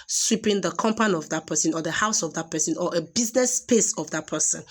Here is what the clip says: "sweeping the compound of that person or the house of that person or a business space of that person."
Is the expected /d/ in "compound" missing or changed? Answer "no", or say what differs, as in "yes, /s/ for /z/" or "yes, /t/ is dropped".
yes, /d/ is dropped